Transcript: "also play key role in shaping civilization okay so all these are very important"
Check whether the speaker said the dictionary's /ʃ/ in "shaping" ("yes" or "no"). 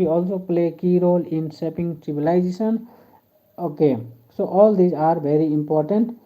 no